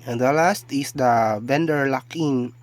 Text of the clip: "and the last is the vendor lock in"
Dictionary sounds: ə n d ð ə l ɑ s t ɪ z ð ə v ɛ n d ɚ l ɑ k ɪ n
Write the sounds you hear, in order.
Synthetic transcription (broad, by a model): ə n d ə l ɑ s t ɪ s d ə b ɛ n d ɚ l ɑ k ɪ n